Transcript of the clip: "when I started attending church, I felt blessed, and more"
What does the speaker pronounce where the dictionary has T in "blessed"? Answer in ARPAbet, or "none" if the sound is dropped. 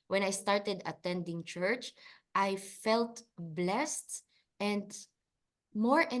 T